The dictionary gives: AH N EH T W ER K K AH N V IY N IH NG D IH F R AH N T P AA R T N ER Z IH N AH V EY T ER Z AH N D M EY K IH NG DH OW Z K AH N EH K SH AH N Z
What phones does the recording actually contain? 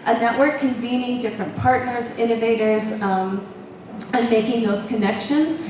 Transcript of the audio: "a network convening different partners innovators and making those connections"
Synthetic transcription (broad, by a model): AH N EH T W ER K K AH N V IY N IH NG D IH F R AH N P AA R T N ER Z IH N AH V EY T ER Z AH N M EY K IH NG DH OW Z K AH N EH K SH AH N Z